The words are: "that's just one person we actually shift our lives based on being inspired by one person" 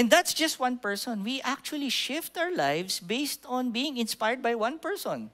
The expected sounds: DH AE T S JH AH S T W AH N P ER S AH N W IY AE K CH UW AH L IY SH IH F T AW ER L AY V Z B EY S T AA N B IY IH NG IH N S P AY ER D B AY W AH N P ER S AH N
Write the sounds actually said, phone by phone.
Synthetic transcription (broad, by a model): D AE T S JH AH S T W AH N P ER S AH N W IY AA K CH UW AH L IY SH IH F T AW ER L AY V S B EY S T AA N B IY IH NG IH N S P AY ER D B AY W AH N P ER S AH N